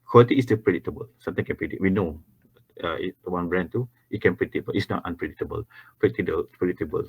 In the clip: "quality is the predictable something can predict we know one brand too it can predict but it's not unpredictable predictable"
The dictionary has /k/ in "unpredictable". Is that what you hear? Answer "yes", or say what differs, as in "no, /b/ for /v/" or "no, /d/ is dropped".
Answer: no, /k/ is dropped